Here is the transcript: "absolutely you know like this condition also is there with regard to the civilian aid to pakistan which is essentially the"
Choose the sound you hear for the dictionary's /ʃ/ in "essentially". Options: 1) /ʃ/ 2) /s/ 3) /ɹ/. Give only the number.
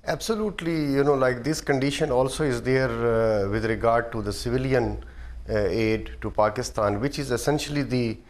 1